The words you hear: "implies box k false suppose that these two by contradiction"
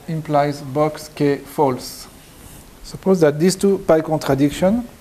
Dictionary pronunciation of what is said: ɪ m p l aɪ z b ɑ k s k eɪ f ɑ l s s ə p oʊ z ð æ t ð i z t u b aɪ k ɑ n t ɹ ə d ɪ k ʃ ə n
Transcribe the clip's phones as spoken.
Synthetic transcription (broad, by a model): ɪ m p l aɪ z b ɑ k s k eɪ f ɑ l s s ə p oʊ z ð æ t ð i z t u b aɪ k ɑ n t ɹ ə d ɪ k ʃ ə n